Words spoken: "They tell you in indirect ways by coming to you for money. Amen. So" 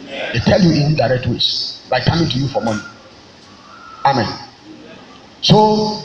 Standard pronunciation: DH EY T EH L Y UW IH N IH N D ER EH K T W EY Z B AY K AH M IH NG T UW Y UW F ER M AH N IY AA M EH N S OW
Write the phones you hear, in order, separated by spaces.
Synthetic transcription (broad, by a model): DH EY T EH L Y UW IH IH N D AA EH K T W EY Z B AY K AH M IH NG T UW Y UW F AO M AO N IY AA M EH N S OW